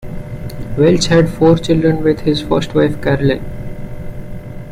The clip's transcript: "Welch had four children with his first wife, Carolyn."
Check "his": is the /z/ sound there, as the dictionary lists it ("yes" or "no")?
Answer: yes